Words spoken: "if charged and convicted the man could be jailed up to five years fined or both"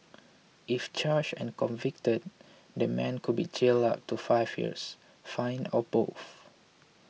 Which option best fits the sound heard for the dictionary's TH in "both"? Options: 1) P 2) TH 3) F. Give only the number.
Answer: 3